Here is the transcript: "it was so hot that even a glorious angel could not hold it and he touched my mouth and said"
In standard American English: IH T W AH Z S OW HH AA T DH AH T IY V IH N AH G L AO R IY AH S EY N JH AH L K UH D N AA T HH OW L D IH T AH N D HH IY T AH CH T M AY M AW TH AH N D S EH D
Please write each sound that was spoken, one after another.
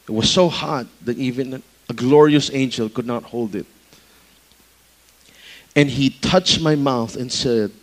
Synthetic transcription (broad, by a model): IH T W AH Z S OW HH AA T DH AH T IY V IH N AH G L AO R IY AH S EY N JH AH L K UH D N AA T HH OW L D IH T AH N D HH IY T AH CH T M AY M AW TH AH N S EH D